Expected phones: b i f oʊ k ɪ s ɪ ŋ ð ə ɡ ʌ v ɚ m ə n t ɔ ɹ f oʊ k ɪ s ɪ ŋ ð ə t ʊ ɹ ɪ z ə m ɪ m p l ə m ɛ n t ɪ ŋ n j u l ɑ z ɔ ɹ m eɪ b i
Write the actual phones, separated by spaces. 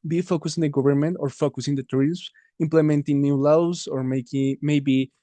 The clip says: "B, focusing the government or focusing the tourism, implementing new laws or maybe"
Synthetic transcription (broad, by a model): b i f oʊ k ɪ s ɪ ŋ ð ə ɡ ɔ b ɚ m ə n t ɔ ɹ f oʊ k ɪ s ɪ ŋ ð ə t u ɹ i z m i m p l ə m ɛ n t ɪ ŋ n j u l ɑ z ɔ ɹ m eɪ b i